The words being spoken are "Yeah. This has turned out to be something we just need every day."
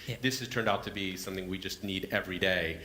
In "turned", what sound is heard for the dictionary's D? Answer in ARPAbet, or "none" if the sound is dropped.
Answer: D